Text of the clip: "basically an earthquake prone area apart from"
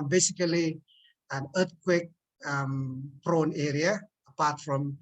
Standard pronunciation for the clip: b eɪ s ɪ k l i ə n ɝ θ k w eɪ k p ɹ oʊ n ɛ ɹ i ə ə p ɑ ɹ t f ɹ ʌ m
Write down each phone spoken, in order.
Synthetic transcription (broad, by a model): b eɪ s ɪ k l i ə n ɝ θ k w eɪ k p ɹ oʊ n ɛ ɹ i ə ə p ɑ t f ɹ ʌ m